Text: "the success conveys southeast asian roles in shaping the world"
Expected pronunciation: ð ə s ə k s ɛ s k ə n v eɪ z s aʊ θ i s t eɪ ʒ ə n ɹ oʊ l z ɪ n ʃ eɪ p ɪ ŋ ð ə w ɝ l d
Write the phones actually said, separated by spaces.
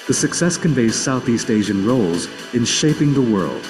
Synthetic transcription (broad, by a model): ð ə s ə k s ɛ s k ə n v eɪ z s aʊ θ i s t eɪ ʒ ə n ɹ oʊ l z ɪ n ʃ eɪ p ɪ ŋ ð ə w ɝ l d